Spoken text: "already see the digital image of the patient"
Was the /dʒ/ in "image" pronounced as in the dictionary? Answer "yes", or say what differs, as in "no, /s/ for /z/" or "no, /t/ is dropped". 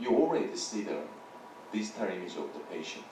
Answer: no, /z/ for /dʒ/